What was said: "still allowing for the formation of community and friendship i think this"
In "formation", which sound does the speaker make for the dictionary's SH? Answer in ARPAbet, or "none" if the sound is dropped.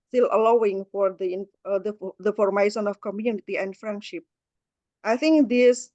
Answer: S